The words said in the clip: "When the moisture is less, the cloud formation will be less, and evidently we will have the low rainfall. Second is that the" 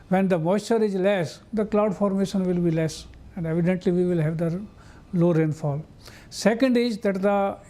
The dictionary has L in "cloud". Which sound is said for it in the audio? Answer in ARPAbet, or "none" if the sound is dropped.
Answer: L